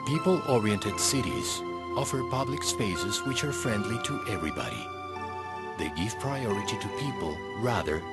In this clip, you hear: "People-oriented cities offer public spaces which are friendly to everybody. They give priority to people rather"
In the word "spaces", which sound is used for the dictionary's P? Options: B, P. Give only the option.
P